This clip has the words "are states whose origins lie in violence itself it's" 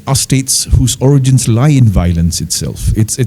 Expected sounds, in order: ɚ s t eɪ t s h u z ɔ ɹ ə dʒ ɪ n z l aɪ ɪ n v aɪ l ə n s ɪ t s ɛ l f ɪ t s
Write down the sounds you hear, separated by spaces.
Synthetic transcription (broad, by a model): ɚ s t eɪ t s h u z ɔ ɹ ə dʒ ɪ n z l aɪ ɪ n v aɪ l ə n s ɪ t s ɛ l f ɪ t s